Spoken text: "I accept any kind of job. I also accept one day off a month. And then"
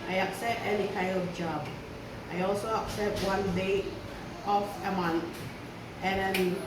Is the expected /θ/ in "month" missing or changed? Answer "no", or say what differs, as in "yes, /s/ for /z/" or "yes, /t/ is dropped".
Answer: yes, /t/ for /θ/